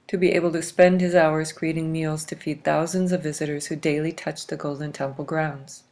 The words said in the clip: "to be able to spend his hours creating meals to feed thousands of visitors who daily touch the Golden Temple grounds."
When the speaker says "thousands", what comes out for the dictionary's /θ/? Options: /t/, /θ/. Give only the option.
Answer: /θ/